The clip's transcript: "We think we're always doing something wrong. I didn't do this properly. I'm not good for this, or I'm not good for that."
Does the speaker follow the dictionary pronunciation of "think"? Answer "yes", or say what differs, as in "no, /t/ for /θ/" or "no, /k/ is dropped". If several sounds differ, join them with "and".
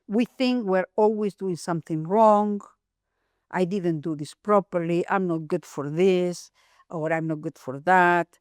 yes